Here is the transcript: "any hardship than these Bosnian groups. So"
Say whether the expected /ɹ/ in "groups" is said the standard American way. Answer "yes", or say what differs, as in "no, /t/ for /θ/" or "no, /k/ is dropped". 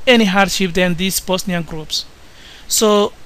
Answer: yes